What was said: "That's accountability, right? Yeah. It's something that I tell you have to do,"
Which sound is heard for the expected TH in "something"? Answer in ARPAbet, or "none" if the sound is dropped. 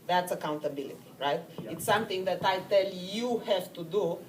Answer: T